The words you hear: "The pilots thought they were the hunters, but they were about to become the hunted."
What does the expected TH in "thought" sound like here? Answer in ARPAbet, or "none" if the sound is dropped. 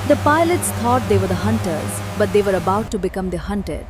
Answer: T